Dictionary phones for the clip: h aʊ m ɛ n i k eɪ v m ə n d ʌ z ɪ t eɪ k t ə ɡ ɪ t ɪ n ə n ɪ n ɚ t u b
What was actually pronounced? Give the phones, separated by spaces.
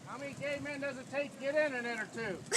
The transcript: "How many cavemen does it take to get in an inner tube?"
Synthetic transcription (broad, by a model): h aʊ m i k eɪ m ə n d ʌ z ɪ t eɪ k ɡ ɪ t ɪ n ə n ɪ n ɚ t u